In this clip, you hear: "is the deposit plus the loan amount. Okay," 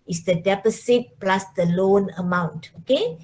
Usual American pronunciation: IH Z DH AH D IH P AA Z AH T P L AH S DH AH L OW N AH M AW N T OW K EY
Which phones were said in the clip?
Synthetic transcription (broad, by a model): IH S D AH D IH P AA S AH T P L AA S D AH L OW N AH M AW N T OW K EY